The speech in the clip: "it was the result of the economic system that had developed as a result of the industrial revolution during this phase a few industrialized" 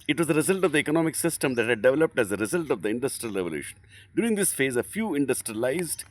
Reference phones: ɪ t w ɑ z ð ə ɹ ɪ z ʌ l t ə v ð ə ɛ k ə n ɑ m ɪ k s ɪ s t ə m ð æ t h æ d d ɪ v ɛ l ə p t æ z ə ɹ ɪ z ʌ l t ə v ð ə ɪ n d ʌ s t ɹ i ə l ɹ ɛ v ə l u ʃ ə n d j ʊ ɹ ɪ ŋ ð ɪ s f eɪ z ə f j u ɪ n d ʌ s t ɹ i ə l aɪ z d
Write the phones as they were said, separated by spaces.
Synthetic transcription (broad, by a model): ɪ t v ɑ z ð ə ɹ ɪ z ʌ l t ə v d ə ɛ k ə n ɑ m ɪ k s ɪ s t ə m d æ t h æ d d ɪ v ɛ l ə p t æ z ə ɹ ɪ z ʌ l t ə v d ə ɪ n d ʌ s t ɹ i ə l ɹ ɛ v ə l u ʃ ə n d j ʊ ɹ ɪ ŋ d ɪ s f eɪ z ə f j u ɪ n d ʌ s t ɹ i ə l aɪ z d